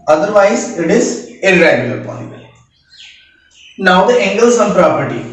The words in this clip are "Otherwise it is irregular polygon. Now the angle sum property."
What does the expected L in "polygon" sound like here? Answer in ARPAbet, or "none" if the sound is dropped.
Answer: none